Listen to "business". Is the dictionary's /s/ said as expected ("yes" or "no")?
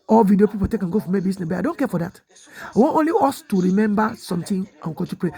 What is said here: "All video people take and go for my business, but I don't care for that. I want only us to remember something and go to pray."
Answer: no